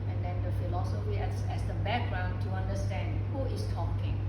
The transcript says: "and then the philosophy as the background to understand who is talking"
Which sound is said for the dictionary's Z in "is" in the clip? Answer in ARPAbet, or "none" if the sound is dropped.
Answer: S